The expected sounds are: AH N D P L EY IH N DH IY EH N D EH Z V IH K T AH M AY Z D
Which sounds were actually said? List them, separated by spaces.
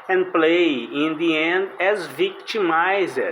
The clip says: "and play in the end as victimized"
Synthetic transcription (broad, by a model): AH N D P L EY IH N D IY EH N D EH Z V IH K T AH M AY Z